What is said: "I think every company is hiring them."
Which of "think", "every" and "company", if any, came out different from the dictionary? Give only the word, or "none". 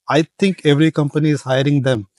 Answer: think